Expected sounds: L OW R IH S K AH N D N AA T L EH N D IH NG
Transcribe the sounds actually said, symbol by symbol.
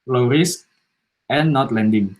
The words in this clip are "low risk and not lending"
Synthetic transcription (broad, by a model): L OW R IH S AH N N AA T L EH N D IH NG